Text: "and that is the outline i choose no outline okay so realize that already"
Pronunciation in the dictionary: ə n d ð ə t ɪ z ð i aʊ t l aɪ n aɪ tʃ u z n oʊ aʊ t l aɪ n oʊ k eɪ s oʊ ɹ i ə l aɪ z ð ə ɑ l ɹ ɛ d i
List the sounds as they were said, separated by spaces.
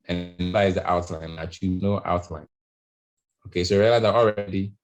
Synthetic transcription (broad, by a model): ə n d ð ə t ɪ z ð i aʊ t l aɪ n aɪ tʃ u n oʊ aʊ t l aɪ n oʊ k eɪ s oʊ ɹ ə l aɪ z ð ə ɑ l ɹ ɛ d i